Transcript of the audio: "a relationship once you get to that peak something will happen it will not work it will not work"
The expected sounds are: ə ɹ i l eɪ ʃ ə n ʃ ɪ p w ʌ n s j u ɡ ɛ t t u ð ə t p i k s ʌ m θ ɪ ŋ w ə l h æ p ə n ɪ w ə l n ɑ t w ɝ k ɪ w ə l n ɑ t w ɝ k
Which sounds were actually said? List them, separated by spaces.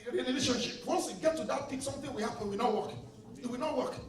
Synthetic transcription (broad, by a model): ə l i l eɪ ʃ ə n ʃ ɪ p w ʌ n s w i ɡ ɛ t t u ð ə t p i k s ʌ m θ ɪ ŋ w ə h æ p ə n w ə n ɑ t w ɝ k ɪ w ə n ɑ t w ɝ k